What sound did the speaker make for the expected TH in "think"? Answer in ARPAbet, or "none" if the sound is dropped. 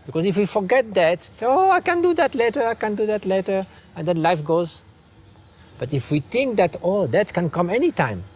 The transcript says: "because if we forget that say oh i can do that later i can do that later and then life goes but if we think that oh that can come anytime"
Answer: T